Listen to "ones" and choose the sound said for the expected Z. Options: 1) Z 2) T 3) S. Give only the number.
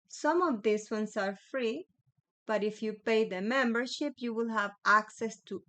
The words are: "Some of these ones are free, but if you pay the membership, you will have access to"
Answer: 3